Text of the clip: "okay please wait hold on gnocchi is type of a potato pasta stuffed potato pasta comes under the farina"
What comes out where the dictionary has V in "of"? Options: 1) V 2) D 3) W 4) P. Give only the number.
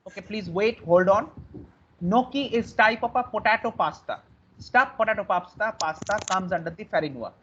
4